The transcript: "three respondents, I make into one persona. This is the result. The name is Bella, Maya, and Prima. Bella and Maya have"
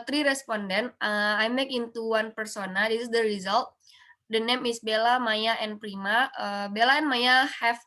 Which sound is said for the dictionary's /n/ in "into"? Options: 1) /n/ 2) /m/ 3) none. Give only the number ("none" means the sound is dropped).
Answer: 1